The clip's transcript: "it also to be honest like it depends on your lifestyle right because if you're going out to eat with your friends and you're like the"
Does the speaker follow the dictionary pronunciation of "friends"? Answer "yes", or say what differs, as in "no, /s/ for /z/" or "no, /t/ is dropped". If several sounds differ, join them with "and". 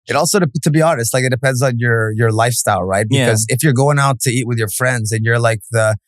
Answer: yes